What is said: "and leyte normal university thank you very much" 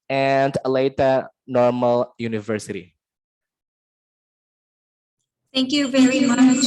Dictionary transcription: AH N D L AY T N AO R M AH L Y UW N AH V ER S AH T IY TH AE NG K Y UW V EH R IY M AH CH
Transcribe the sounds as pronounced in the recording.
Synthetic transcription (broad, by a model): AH N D L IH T N AO R M AH L Y UW N AH V ER S AH T IY TH AE NG K Y UW V EH R IY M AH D